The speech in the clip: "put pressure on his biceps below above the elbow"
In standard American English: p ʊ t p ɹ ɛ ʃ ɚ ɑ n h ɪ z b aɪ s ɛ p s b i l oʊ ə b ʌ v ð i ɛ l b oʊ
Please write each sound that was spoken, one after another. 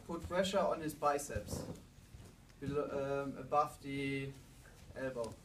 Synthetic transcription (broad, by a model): p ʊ t f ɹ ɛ ʃ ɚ ɑ n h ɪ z b aɪ s ɛ p s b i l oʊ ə b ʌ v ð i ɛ l b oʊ